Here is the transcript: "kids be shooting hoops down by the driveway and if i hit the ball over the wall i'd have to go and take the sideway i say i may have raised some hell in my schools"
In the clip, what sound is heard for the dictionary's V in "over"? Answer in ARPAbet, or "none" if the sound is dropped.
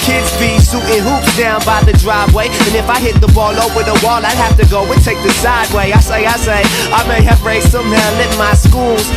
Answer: W